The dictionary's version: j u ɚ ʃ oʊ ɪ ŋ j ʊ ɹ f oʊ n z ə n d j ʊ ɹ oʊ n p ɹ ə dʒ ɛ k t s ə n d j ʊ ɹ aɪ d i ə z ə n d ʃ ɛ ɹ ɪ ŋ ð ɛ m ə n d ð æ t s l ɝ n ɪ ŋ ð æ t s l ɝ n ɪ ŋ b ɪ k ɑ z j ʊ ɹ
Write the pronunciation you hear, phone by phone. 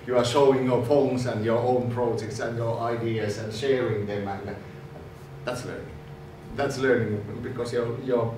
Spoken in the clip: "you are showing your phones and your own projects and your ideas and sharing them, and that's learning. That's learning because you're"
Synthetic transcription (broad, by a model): j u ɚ ʃ oʊ ɪ ŋ j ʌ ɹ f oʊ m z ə n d j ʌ ɹ oʊ n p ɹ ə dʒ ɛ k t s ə n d j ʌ ɹ aɪ d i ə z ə n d ʃ ɛ ɹ ɪ ŋ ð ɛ m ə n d ð æ t s l ɝ n ɪ ŋ ð æ t s l ɝ n ɪ ŋ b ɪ k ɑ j j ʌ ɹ